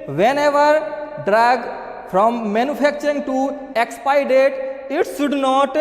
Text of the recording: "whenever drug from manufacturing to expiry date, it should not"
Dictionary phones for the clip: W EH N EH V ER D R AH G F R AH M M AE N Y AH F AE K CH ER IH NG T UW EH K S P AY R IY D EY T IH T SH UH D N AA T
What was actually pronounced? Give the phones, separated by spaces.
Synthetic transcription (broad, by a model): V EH N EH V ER D R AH G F R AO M M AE N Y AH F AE K CH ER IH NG T UW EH K S P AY IY D EY T IH T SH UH D N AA T